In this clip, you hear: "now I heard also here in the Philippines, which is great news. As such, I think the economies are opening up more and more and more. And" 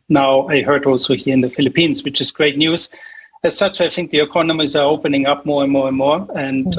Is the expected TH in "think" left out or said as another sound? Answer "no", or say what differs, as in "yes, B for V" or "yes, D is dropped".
no